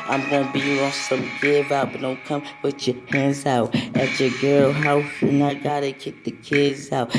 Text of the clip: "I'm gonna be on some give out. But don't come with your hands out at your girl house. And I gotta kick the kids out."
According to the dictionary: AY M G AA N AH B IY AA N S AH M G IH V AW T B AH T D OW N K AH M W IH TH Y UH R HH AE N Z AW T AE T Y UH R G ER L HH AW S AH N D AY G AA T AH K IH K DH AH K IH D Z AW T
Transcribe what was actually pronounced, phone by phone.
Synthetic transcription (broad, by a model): AY M G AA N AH B IY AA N S AH M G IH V AW T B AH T D OW N K AH M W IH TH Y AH R HH AE N Z AW T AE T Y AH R G ER L HH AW AH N AY G AA T AH K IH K DH AH K IH D Z AW T